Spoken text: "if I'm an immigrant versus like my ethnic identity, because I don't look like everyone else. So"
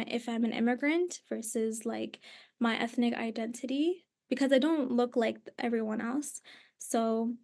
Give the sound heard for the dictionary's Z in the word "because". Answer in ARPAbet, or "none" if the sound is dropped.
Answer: Z